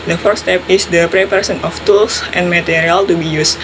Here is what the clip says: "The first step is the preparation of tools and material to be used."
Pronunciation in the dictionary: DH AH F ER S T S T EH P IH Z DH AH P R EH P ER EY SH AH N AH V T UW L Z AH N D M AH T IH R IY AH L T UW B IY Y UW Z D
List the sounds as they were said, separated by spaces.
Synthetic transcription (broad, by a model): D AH F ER T S T EH P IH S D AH P R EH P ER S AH N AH F T UW L S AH N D M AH T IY R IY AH L T UW B IY Y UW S